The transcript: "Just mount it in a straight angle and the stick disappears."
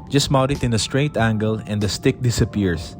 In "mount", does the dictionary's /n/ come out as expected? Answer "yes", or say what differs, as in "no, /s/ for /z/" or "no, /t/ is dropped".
no, /n/ is dropped